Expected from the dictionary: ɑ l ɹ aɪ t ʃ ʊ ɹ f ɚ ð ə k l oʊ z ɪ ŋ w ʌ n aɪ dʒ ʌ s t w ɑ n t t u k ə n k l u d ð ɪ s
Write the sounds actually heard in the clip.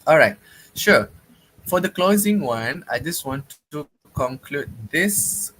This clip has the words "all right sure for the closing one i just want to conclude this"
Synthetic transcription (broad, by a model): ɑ l ɹ aɪ t ʃ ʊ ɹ f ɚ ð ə k l oʊ z ɪ ŋ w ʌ n aɪ dʒ ʌ s t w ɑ n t t u k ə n k l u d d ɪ s